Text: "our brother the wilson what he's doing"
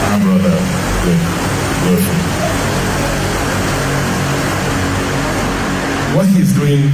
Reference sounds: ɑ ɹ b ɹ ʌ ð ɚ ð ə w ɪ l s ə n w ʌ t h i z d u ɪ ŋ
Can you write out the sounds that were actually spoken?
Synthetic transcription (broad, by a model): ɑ b ɹ ʌ ð ɚ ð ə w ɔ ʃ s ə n w ʌ t h i z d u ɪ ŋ